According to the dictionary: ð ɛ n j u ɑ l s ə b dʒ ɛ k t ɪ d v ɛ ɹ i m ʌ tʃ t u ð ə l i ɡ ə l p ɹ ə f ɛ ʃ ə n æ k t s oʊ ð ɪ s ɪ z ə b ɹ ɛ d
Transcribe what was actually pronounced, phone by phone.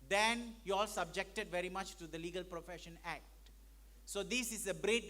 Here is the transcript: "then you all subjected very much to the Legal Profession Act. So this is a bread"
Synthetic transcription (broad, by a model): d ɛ n j u ɑ l s ə b dʒ ɛ k t ɪ d v ɛ ɹ i m ʌ tʃ t u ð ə l i ɡ ə l p ɹ ə f ɛ ʃ ə n æ k t s oʊ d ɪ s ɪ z ə b ɹ ɛ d